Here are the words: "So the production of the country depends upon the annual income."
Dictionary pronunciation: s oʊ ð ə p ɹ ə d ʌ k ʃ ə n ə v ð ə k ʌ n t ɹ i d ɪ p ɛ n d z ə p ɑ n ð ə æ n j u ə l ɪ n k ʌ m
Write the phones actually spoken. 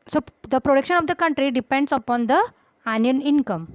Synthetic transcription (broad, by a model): s oʊ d ə p ɹ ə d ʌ k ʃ ə n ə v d ə k ʌ n t ɹ i d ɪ p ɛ n d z ə p ɑ n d ə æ n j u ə n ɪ n k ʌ m